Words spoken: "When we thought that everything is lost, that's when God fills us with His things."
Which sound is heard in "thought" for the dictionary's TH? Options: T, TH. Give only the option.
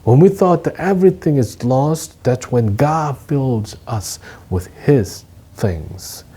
TH